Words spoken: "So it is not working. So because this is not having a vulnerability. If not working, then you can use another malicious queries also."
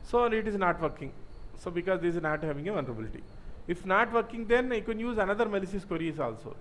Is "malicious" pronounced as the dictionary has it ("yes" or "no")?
no